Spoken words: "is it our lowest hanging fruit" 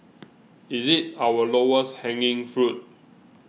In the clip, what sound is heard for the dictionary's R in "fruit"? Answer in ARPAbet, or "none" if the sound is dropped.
R